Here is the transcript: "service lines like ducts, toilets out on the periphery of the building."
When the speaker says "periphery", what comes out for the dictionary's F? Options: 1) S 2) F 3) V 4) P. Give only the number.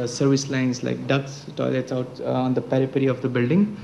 4